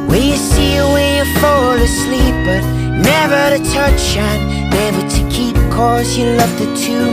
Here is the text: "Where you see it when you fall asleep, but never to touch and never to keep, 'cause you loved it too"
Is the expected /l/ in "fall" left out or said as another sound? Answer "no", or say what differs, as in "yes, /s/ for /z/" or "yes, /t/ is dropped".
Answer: yes, /w/ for /l/